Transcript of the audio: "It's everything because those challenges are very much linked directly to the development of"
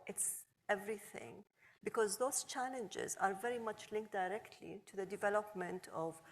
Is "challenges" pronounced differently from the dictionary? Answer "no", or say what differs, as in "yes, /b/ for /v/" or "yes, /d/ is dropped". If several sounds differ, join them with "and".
no